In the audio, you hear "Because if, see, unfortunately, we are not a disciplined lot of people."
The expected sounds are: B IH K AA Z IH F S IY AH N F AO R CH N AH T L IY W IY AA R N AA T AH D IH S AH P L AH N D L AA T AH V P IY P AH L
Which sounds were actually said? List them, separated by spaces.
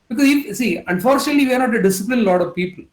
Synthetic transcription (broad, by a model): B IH K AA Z IH F S IY AH N F AO R CH N AH T L IY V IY AA R N AA T AH D IH S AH P L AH N L AA T AH V P IY P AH L